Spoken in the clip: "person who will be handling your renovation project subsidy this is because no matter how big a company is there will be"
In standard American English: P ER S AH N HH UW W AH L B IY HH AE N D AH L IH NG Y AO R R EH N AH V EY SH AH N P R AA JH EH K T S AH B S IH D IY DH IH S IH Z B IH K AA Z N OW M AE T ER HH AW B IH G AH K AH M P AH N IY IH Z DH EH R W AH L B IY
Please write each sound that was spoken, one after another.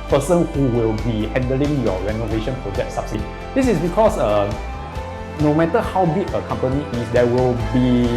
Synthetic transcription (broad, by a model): P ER S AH N HH UW W AH L B IY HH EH N D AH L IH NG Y AO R R EH N AH V EY SH AH N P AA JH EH T S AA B S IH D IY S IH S B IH K AA S N OW M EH T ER HH AW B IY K AH K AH M P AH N IY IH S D EH W AH L B IY